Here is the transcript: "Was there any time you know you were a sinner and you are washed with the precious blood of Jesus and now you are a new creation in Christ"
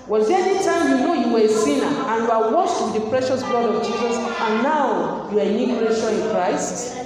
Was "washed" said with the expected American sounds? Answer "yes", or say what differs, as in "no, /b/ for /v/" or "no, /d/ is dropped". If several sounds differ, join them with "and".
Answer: no, /s/ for /ʃ/